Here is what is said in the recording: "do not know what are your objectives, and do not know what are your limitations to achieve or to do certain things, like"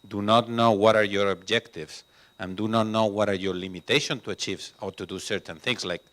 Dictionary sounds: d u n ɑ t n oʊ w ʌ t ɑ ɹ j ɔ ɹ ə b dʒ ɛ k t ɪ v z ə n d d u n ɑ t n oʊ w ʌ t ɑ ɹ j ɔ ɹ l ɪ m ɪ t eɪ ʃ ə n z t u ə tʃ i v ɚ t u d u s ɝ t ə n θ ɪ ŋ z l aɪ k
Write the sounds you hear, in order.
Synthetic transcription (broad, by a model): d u n ɑ t n oʊ w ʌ t ɑ ɹ j ɔ ɹ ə b dʒ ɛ k t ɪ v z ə n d d u n ɑ t n oʊ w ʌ t ɑ ɹ j ɔ ɹ l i m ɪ t eɪ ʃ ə n t u ə tʃ i v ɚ t u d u s ɝ t ə n θ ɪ ŋ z l aɪ k